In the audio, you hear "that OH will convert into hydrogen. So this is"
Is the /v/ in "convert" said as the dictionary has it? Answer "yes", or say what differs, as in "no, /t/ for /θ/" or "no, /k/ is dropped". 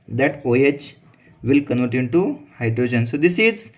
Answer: no, /v/ is dropped